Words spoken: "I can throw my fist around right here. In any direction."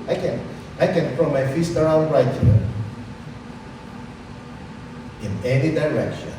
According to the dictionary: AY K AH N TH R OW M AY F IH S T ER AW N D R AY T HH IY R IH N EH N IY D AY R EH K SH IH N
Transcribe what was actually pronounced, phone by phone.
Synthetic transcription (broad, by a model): AY K AH N F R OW M AY F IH S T ER AW N D R AY T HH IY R IH N EH N IY D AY R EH K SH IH N